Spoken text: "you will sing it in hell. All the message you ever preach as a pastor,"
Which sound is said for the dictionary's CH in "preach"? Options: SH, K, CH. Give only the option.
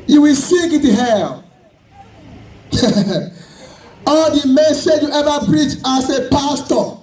CH